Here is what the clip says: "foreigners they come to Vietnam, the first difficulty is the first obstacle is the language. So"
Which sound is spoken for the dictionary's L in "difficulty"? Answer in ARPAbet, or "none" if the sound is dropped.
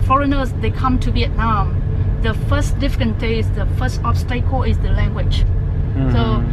N